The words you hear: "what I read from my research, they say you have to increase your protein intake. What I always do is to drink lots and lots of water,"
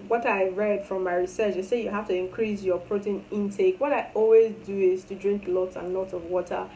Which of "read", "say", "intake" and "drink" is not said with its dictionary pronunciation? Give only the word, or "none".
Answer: none